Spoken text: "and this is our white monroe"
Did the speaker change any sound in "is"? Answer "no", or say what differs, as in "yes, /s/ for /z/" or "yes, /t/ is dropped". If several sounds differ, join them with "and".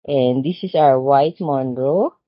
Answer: yes, /s/ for /z/